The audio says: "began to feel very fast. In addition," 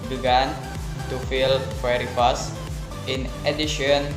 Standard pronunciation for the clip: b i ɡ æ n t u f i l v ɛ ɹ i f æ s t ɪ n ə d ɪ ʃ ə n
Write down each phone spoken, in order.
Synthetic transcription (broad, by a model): b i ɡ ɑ n t u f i l w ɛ ɹ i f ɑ s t ɪ n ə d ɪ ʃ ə n